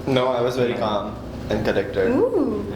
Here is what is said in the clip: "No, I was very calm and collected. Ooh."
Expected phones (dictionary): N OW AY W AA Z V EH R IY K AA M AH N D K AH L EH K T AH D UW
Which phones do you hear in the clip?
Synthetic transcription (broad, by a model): N OW AY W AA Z V EH R IY K AA M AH N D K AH N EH K T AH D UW